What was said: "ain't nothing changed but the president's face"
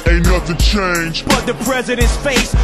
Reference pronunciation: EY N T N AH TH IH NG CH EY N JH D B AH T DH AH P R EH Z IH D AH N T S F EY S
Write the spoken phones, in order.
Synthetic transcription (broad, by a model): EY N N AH T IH CH EY N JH B AH T DH AH P R EH Z IH D AH N T S F EY S